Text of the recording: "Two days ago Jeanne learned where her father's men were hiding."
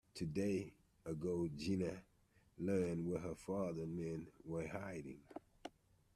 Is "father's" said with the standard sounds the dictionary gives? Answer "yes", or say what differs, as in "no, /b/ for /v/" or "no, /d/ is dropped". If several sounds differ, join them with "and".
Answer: no, /z/ is dropped